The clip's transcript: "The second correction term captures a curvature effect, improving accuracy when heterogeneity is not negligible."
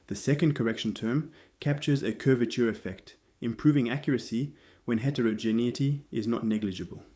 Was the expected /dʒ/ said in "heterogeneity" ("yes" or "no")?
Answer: yes